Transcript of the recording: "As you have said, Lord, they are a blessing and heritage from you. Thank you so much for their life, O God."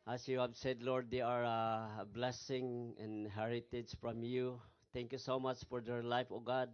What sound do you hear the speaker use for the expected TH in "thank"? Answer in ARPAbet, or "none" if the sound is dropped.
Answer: T